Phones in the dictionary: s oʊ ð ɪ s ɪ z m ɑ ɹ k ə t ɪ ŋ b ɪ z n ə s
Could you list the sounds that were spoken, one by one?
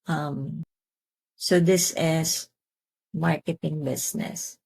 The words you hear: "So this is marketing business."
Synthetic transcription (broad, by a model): s oʊ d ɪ s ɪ s m ɑ ɹ k ə t ɪ ŋ b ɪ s n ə s